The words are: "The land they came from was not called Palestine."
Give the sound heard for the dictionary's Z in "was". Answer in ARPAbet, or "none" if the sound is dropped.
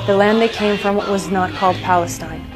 Z